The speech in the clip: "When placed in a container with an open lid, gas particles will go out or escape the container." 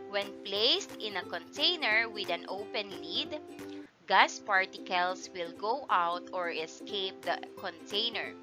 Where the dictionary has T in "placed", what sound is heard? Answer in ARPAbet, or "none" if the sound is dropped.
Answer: T